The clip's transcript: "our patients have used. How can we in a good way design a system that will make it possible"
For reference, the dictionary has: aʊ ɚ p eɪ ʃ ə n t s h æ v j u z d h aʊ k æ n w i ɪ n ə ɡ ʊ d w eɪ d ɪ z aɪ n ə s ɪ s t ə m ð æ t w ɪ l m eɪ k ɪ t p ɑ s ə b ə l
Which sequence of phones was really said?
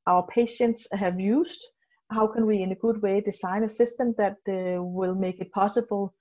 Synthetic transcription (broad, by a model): aʊ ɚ p eɪ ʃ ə n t s h æ v j u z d h aʊ k æ n w i ɪ n ə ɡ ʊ d w eɪ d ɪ s aɪ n ə s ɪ s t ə m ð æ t w ɪ l m eɪ k ɪ t p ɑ s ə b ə l